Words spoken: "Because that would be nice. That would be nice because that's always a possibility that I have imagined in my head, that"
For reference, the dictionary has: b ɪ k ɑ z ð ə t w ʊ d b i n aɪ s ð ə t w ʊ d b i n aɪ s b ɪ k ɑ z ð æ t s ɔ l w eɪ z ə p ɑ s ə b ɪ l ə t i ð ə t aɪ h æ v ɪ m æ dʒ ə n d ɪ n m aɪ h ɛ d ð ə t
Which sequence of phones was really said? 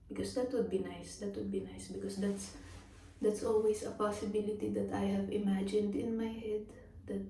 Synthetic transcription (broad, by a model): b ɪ k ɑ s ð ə t w ʊ d b i n aɪ s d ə t w ʊ d b i n aɪ s b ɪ k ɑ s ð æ t s ɔ l w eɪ s ə p ɑ s ə b ɪ l ə t i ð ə t aɪ h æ v ɪ m æ dʒ ə n d ɪ n m aɪ h ɛ d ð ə t